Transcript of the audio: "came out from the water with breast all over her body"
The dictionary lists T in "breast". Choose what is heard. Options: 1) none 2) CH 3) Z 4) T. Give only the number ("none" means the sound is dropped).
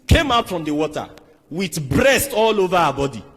4